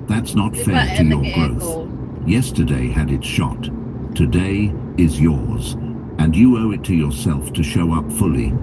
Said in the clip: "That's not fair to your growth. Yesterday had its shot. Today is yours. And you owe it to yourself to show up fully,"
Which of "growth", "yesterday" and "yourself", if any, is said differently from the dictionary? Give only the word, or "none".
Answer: none